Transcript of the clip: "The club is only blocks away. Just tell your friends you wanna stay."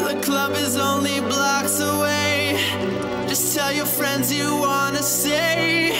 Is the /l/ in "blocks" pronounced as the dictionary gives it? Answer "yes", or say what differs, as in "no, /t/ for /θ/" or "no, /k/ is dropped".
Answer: yes